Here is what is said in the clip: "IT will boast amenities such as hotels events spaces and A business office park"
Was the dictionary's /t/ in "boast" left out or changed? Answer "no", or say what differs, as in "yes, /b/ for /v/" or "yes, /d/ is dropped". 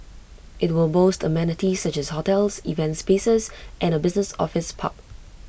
no